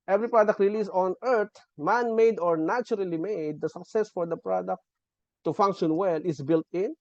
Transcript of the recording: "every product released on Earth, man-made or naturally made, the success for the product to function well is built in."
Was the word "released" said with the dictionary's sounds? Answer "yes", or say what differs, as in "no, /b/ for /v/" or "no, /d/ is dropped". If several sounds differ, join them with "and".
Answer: no, /t/ is dropped